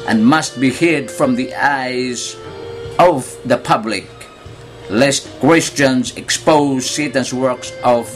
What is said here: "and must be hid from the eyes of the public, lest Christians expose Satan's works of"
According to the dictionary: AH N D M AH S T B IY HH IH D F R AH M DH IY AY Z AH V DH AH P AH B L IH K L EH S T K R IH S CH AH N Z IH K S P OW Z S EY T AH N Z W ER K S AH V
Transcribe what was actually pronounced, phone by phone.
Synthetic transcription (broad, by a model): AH N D M AH S T B IY HH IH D F R AH M DH IY AY Z AH V DH AH P AH B L IH K L EH S T K W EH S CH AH N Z IH K S P OW Z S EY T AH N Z W ER K S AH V